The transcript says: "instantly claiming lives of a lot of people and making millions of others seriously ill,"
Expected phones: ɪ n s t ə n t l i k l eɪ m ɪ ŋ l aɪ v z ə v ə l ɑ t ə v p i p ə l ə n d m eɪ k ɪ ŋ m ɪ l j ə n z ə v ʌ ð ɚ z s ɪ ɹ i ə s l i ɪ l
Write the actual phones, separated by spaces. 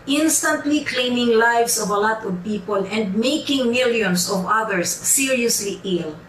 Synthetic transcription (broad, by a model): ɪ n s t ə n t l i k l eɪ m ɪ ŋ l aɪ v s ə v ə l ɑ t ə v p i p ə l ə n d m eɪ k ɪ ŋ m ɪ l j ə n s ə v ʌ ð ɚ s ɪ ɹ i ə s l i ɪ l